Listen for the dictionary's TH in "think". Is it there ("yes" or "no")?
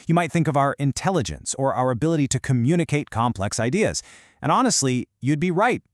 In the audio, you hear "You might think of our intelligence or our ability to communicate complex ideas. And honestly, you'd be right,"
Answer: yes